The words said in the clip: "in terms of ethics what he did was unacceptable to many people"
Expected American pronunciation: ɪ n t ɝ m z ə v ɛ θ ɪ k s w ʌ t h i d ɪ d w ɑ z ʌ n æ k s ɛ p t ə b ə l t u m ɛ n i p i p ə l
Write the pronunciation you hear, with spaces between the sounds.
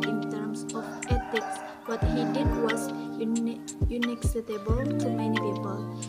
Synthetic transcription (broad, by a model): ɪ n t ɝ m s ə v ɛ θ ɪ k s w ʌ t h i d ɪ d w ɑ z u n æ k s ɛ t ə b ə l t u m ɛ n i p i p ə l